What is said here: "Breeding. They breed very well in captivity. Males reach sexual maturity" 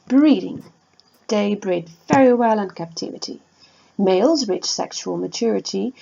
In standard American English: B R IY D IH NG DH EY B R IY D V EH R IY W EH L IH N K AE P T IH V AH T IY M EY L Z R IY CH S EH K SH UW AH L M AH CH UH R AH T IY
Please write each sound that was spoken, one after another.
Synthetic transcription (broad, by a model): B R IY D IH NG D EY B R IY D V EH R IY W EH L IH N K AE P T IH V AH T IY M EY L Z R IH CH S EH K SH UW AH L M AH CH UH R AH T IY